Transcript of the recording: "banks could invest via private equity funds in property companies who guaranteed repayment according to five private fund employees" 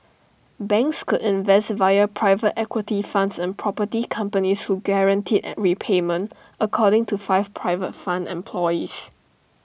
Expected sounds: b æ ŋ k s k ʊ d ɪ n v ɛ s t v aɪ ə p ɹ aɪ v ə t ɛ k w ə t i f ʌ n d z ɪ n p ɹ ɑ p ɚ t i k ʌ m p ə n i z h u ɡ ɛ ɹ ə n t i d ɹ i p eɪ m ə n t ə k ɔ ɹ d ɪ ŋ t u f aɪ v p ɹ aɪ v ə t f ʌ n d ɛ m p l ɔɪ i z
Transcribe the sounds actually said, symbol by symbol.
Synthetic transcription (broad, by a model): b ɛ ŋ k s k ʊ d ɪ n v ɛ s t v aɪ ə p ɹ aɪ v ə t ɛ k w ə t i f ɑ n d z ɪ n p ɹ ɑ p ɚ t i k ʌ m p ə n i s h u ɡ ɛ ɹ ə n t i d ɹ i p eɪ m ə n t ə k ɔ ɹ d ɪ ŋ t u f aɪ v p ɹ aɪ v ə t f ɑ n d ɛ m p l ɔɪ i s